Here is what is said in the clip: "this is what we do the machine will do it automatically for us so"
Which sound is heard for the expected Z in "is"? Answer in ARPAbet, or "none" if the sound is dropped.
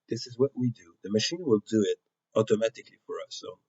Z